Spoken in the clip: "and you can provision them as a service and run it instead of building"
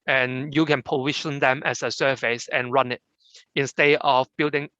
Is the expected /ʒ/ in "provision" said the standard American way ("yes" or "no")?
no